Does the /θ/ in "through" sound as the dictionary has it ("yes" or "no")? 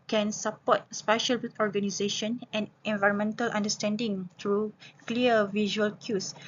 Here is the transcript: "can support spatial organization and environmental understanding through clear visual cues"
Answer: no